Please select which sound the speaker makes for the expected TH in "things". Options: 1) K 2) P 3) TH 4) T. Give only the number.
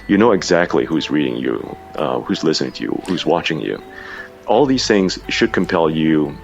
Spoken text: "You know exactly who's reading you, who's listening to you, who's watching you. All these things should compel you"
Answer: 3